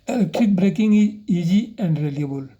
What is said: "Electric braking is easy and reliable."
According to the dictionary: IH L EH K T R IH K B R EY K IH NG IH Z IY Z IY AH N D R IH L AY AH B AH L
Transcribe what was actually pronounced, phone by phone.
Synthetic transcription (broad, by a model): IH L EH K T R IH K B R EY K IH NG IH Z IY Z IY AH N D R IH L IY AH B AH L